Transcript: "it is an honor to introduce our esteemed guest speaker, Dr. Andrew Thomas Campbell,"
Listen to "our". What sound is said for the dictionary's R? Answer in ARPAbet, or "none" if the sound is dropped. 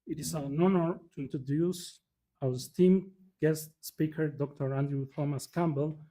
W